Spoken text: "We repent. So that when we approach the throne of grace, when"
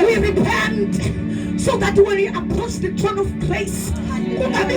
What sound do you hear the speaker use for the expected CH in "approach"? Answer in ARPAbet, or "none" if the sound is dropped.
S